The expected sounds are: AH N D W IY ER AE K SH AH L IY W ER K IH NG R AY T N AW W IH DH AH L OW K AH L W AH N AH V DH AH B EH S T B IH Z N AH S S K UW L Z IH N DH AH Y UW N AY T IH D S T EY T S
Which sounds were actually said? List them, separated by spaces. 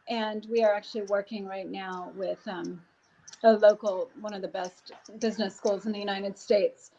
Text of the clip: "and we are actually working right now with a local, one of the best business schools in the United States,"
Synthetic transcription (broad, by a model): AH N W IY ER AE K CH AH L IY W ER K IH NG R AY T N AW W IH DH AH L OW K L W AH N AH V DH AH B EH S T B IH Z N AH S S K UW L Z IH N DH AH Y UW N AY T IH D S T EY T S